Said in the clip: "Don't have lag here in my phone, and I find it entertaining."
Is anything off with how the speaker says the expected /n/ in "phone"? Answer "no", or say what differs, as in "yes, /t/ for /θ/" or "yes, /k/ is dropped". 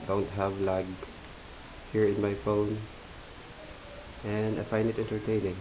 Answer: no